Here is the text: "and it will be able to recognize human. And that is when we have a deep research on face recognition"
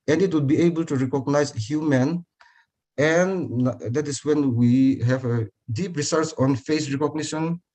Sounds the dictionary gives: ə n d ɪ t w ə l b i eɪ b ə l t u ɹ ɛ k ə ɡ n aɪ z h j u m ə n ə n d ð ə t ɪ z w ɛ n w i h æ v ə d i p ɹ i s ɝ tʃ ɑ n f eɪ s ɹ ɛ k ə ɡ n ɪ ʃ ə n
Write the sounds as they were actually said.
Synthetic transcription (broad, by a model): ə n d ɪ t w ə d b i eɪ b ə l t u ɹ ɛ k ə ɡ n aɪ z h j u m ə n ə n d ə t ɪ s w ɛ n w i h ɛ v ə d i p ɹ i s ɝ s ɑ n f eɪ s ɹ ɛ k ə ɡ n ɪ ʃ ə n